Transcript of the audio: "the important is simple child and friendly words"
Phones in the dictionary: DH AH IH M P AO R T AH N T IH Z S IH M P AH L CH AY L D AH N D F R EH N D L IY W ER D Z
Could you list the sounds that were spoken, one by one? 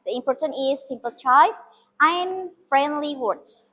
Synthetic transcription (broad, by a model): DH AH IH M P AO R T AH N T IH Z S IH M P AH L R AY D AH N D F R EH N D L IY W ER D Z